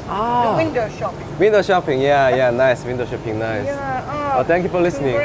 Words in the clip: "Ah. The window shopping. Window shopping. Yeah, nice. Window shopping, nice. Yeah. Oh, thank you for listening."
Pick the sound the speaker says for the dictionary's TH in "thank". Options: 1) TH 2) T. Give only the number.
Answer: 2